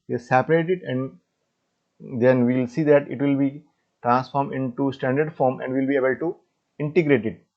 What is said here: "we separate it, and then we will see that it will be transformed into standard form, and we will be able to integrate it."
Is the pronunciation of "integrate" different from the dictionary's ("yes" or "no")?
no